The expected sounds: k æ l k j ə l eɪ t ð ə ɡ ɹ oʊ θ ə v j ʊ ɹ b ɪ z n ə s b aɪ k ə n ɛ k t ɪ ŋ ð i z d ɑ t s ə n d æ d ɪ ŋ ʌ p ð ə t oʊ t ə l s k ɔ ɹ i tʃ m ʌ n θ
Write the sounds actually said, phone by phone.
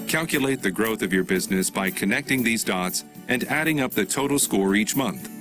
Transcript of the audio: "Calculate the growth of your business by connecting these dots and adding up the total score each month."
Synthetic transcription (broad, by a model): k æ l k j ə l eɪ t ð ə ɡ ɹ oʊ θ ə v j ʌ ɹ b ɪ z n ə s b aɪ k ə n ɛ k t ɪ ŋ ð i z d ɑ t s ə n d æ d ɪ ŋ ʌ p ð ə t oʊ t l s k ɔ ɹ i tʃ m ʌ n θ